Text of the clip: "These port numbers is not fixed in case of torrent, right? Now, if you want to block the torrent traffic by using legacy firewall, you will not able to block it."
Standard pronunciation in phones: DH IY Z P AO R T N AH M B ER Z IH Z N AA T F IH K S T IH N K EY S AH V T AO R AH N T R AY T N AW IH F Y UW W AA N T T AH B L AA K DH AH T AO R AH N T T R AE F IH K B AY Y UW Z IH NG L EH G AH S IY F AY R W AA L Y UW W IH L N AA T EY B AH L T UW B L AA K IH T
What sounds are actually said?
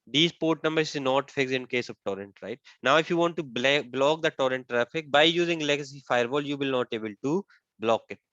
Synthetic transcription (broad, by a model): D IY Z P AO R T N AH M B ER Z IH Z N AA T F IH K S IH N K EY S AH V T AO R AH N T R AY T N AW IH F Y UW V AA N T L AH B L AA K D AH T AO R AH N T T R AE F IH K B AY Y UW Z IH NG L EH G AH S IY F AY R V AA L Y UW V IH L N AA T EY B AH L T UW B L AA K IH T